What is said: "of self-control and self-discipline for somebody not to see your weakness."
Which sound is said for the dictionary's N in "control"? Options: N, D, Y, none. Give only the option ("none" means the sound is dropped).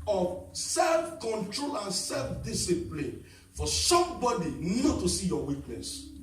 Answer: N